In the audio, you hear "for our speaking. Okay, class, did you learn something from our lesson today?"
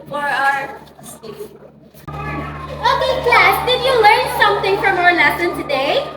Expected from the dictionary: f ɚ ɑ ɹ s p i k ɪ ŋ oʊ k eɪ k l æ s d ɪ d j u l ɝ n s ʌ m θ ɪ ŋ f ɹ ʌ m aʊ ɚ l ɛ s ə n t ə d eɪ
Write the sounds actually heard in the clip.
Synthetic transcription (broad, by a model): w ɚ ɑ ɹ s i ɪ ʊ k eɪ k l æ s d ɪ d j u l ɝ n s ʌ m θ ɪ ŋ f ɹ ʌ m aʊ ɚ l ɛ s ə n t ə d eɪ